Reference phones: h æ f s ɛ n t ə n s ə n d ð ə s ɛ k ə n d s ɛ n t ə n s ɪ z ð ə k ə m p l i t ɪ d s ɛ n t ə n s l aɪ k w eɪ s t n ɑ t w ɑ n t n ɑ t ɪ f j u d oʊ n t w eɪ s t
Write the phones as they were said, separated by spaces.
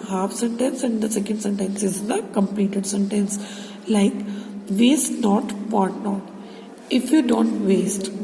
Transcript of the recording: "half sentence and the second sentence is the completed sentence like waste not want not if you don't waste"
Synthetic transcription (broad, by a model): h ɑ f s ɛ n t ə n s ə n d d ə s ɛ k ə n d s ɛ n t ə n s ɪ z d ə k ə m p l i t ɪ d s ɛ n t ə n s l aɪ k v eɪ s t n ɑ t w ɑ t n ɑ t ɪ f j u d oʊ n t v eɪ s t